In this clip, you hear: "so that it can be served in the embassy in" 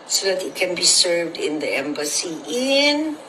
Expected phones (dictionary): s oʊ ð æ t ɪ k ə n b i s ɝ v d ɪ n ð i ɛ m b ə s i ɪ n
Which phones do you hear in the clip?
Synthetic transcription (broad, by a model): s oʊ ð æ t ɪ k ə n b i s ɝ v d ɪ n ð i ɛ m b ə s i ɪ n